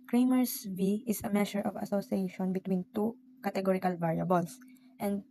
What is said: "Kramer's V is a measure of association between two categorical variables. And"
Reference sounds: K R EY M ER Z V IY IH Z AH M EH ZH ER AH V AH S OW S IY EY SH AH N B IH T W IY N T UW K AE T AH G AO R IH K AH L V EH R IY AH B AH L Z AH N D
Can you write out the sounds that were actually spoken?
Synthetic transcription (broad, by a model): K R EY M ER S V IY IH S AH M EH SH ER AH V AH S OW S IY EY SH AH N B IH T W IY N T UW K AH T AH G AO R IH K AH L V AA R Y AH B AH L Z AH N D